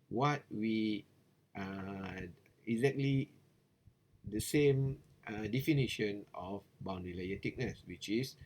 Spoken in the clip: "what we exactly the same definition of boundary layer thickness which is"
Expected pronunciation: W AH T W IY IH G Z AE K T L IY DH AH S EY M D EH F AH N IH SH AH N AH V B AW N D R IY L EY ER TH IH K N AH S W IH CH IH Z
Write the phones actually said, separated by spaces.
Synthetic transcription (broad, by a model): W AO T W IY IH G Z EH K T L IY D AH S EY M D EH F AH N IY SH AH N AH F B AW N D IY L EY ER T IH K N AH S W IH CH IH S